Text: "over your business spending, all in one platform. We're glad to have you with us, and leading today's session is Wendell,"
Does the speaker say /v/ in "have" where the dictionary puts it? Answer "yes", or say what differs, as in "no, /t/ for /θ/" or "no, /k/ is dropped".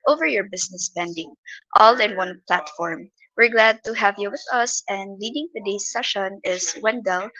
yes